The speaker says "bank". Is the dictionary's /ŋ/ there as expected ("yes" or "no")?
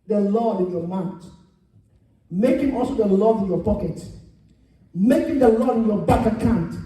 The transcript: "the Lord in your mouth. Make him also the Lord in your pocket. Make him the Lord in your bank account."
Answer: no